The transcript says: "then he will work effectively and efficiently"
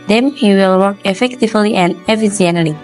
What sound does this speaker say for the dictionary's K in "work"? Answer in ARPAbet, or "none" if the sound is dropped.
K